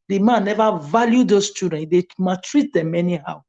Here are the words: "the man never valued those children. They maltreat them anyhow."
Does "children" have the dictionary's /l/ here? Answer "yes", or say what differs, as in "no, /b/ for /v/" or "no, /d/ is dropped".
no, /l/ is dropped